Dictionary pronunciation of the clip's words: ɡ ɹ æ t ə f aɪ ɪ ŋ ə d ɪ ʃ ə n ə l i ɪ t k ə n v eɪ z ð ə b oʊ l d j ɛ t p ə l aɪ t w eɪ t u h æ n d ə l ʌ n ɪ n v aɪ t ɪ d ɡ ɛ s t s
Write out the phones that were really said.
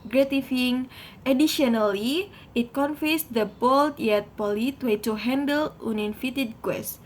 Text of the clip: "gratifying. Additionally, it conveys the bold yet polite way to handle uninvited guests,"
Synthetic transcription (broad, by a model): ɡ ɹ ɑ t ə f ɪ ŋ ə d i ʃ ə n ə l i ɪ t k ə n f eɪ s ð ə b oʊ l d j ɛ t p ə l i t w eɪ t u h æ n d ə l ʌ n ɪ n f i t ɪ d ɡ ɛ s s